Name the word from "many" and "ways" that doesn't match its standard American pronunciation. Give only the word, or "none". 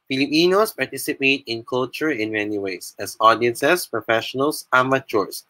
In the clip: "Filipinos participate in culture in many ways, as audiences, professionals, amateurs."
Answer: ways